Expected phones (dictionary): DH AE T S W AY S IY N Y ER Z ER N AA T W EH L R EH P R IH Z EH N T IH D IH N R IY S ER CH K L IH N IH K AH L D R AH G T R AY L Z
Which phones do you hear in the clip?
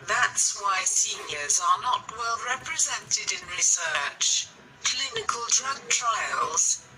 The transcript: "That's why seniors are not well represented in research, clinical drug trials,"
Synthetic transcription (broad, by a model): DH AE T S W AY S IY N Y ER Z ER N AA T W EH L R EH P R IH Z EH N T IH D IH N R IY S ER CH K L IH N IH K AH L D R AH G T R AY L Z